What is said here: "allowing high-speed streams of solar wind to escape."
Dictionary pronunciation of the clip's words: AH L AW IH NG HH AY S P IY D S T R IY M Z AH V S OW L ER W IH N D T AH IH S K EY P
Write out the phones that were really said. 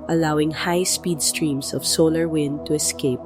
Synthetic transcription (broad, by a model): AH L AW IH NG HH AY S P IY D S T R IY M S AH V S OW L ER W IH N D T AH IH S K EY P